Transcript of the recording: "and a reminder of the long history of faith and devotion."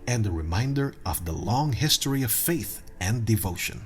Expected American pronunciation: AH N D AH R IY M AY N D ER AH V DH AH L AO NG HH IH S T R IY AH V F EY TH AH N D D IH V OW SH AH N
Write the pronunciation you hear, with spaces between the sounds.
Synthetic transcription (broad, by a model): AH N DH AH R IY M AY N D ER AH V DH AH L AO NG HH IH S T R IY AH V F EY TH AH N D D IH V OW SH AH N